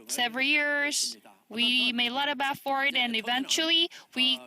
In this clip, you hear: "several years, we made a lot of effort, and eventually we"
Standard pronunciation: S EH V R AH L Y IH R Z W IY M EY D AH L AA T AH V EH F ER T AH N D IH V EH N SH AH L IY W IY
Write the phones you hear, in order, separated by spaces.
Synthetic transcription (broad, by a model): S EH V R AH L Y IH R Z W IY M EY AH L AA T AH B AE F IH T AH N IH V EH N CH L IY W IY